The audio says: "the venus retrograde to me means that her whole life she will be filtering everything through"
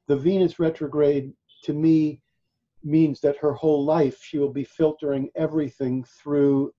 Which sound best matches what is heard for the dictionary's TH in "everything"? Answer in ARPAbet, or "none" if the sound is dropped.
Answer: TH